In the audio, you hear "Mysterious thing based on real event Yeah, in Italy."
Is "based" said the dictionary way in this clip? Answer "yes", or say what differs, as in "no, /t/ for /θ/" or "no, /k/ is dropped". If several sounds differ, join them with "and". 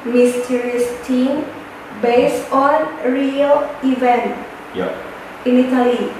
no, /t/ is dropped